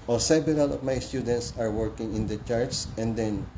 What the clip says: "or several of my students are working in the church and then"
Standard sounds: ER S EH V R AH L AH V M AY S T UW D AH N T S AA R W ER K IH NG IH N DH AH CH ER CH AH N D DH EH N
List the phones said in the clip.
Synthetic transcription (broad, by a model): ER S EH B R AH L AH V M AY S T UW D AH N T S AA R W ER K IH NG IH N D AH CH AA S AH N D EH N